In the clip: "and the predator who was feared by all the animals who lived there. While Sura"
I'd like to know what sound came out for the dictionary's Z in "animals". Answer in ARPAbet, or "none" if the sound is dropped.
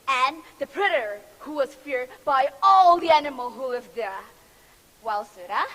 none